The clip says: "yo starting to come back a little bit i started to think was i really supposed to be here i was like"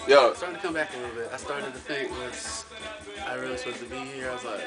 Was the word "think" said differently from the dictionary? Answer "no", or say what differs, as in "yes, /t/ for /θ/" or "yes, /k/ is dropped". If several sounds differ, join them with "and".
yes, /f/ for /θ/